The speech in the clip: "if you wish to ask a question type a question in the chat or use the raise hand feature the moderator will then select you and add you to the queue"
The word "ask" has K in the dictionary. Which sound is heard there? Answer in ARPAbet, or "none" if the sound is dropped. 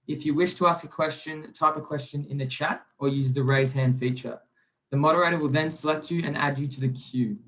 K